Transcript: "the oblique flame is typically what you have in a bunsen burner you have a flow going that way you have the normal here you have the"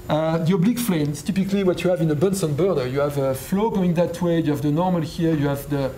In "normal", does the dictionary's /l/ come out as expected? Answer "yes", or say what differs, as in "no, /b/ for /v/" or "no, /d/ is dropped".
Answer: yes